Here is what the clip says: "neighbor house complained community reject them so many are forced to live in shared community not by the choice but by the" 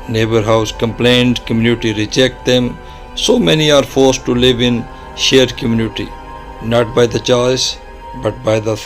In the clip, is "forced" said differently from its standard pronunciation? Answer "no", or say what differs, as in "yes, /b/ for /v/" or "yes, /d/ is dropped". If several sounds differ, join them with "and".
no